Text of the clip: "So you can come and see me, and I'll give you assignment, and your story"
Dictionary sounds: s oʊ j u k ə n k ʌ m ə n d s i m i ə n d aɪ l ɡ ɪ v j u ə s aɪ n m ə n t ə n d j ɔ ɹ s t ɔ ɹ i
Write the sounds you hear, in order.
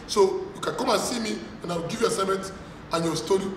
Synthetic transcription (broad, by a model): s oʊ j u k ə n k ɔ m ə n s i m i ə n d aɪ w ɡ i v j u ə s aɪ m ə n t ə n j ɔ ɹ s t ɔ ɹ i